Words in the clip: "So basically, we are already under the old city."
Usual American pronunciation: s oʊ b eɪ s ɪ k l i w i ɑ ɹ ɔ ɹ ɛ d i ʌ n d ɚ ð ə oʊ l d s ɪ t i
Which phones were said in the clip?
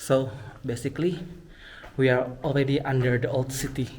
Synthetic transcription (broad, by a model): s oʊ b eɪ s ɪ k l i w i ɑ ɹ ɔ l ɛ d i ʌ n d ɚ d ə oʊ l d s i t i